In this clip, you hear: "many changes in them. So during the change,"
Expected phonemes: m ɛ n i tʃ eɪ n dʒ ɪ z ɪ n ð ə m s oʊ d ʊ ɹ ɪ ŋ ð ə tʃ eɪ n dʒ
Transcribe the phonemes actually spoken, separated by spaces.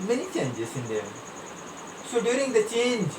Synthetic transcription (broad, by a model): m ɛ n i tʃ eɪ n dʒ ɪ s ɪ n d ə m s oʊ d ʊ ɹ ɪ ŋ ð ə tʃ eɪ n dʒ